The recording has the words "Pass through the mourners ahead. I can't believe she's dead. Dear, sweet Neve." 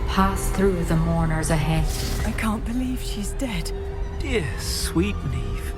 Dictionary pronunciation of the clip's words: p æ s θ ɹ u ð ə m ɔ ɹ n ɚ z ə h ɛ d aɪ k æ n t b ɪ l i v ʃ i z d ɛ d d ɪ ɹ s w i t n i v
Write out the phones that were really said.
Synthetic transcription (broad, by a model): p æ s θ ɹ u ð ə m ɔ ɹ n ɚ z ə h ɛ d aɪ k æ n b ɪ l i v ʃ i z d ɛ d d ɪ ɹ s w i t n i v